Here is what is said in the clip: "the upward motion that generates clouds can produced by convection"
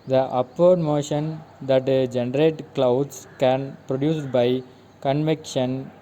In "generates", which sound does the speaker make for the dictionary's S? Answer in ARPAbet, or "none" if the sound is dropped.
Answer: none